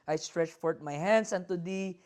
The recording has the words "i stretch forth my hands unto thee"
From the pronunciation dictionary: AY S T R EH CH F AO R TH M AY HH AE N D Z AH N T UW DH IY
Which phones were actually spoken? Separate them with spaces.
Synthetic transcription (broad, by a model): AY S T R EH CH F AO R T M AY HH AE N D S AH N T UW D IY